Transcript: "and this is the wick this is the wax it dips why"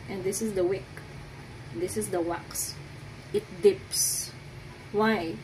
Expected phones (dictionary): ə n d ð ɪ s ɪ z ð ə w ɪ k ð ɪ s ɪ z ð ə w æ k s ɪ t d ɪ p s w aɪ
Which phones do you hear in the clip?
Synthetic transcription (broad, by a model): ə n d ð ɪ s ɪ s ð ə w ɪ k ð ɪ s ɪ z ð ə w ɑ k s ɪ t d ɪ p s w aɪ